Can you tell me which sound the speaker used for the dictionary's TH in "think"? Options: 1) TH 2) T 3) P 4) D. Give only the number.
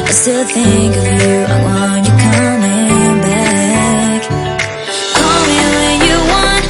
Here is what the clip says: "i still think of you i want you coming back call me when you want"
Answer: 1